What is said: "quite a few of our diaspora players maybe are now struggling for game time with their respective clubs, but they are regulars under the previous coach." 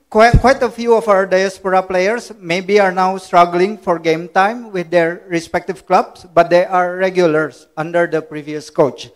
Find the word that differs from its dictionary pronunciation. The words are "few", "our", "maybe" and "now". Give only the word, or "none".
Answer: none